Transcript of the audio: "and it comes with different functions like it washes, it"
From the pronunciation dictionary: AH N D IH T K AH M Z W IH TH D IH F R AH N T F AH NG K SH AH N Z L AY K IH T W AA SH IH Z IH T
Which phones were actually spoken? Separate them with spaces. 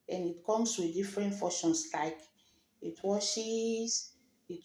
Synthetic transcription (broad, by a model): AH N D IH T K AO M S W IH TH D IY F R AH N T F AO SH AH N S L AY K IH T W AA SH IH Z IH T